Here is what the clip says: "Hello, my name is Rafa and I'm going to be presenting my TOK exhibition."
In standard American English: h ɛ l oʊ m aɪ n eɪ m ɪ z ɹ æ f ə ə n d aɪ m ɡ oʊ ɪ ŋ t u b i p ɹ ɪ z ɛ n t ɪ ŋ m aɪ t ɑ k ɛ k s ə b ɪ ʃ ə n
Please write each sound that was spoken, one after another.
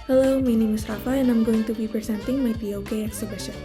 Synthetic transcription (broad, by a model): h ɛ l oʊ m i n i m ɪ s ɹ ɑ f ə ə n aɪ m ɡ oʊ ɪ ŋ t u b i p ɪ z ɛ n t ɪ ŋ m aɪ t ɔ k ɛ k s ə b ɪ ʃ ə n